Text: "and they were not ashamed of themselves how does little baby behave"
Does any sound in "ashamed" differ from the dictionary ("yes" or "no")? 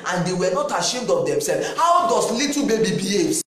no